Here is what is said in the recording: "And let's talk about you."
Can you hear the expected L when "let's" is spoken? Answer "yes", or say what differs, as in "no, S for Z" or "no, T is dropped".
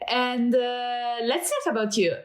yes